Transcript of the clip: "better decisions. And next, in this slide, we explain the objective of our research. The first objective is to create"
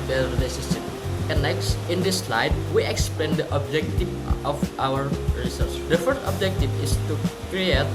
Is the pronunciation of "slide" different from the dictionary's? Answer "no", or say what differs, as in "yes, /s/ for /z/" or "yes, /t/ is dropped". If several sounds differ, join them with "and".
no